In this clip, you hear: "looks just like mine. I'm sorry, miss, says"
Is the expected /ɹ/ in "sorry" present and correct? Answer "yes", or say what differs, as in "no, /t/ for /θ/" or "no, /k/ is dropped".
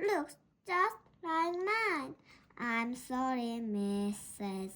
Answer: yes